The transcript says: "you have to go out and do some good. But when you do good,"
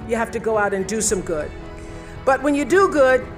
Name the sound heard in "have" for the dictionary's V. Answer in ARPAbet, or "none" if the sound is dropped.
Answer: F